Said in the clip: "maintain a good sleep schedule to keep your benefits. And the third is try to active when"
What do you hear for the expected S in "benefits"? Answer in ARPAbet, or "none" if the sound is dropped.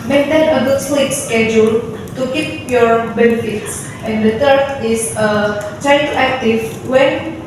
S